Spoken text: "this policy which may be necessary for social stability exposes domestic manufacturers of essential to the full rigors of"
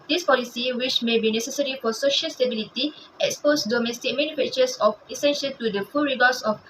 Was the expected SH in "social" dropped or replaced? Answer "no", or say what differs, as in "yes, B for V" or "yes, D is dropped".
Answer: no